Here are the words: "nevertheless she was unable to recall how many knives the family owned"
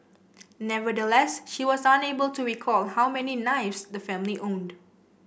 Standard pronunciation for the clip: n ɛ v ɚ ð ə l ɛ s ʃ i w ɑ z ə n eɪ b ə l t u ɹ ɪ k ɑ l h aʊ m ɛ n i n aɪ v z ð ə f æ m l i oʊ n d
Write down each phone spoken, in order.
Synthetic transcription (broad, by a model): n ɛ v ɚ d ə l ɛ s ʃ i w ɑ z ə n eɪ b ə l t u ɹ ɪ k ɑ l h aʊ m ɛ n i n aɪ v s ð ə f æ m l i oʊ n d